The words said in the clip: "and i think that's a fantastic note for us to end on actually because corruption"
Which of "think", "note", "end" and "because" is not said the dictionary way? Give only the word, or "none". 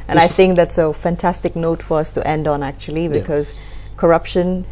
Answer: none